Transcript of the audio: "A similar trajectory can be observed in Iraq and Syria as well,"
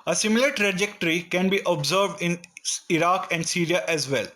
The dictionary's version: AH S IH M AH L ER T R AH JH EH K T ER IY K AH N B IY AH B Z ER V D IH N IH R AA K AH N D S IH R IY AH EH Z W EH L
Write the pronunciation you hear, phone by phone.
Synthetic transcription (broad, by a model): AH S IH M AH L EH T R AH JH EH K T ER IY K AH N B IY AH B Z ER V D IH N IH R AA K AH N D S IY R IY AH EH Z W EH L